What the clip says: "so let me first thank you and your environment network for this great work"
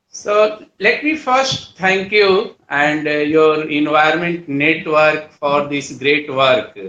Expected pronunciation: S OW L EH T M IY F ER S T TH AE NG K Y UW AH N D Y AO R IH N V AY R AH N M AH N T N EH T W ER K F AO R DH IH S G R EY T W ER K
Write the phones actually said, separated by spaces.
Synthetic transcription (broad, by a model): S OW L EH T M IY F ER S T T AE NG K Y UW AH N D Y AO R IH N V AY AH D M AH N T N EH T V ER K F AO R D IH S G R EY T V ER K